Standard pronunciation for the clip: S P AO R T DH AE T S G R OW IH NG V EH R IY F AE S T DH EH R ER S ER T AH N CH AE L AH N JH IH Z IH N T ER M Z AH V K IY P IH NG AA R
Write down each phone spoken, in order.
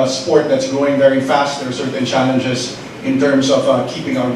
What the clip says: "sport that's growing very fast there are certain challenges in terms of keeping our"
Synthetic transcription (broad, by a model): S P AO R T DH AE T S G R OW IH NG V EH R IY F AE S T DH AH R S ER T N CH AE L AH N JH IH Z IH N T ER M Z AH V K IY P IH NG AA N